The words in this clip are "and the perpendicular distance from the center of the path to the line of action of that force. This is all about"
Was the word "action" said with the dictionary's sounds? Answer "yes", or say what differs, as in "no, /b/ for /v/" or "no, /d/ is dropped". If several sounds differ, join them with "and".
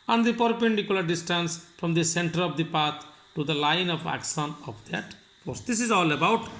no, /s/ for /ʃ/